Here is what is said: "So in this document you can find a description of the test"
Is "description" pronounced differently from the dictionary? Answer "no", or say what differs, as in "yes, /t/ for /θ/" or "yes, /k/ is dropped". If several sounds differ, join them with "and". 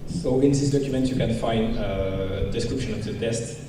no